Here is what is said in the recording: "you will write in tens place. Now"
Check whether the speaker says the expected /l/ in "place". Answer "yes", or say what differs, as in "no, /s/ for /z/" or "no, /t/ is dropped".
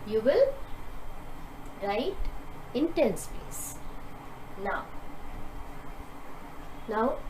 no, /l/ is dropped